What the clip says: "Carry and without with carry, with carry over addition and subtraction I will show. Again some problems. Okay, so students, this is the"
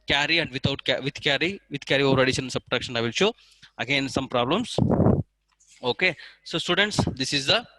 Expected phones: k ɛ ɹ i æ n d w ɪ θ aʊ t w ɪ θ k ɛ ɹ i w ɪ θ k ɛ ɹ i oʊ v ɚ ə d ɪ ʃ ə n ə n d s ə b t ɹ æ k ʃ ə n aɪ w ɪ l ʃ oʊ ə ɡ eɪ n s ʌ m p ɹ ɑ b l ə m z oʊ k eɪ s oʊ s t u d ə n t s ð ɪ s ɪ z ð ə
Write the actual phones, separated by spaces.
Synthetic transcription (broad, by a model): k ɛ ɹ i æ n d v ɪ t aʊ t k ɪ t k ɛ ɹ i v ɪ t k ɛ ɹ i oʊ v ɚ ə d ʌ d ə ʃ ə n s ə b t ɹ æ k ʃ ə n aɪ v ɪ l ʃ oʊ ə ɡ eɪ n s ʌ m p ɹ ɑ b l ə m s oʊ k eɪ s oʊ s t u d ə n t s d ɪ s ɪ z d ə